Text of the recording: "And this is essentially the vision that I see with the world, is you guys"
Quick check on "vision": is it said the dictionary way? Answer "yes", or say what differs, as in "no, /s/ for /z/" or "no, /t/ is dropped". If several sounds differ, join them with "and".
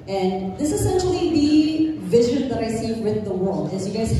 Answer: yes